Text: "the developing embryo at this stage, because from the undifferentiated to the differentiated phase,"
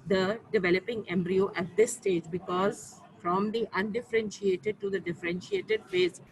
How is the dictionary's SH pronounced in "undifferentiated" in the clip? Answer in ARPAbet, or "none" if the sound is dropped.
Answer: SH